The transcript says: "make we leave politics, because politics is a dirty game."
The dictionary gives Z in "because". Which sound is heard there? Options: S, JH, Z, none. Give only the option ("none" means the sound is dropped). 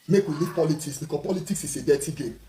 none